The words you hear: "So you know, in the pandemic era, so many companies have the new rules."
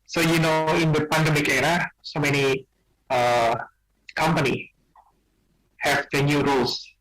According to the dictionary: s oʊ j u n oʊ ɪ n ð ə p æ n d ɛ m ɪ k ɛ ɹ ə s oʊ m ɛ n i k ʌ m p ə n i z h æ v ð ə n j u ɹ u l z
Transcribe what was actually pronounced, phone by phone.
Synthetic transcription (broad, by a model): s oʊ j u n oʊ ɪ n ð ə p æ n d ɛ m ɪ k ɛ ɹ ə s oʊ m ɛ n i k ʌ m p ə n i h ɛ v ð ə n j u ɹ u l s